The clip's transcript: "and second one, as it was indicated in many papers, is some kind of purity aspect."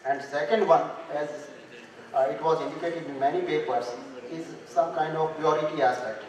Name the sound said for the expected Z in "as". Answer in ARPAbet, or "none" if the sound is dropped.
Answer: Z